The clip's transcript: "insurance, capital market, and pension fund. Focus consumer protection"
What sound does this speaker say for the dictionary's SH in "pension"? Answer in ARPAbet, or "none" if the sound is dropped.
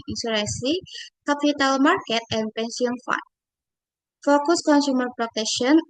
S